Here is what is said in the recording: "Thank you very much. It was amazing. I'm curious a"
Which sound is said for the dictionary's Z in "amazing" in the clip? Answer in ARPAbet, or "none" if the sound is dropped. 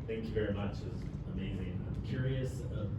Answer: Z